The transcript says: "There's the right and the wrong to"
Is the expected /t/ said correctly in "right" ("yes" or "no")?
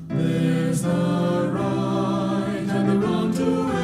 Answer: no